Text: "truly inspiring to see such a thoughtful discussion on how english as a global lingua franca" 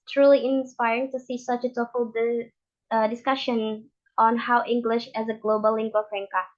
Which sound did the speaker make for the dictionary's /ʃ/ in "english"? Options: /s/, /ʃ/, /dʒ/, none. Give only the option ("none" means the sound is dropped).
/ʃ/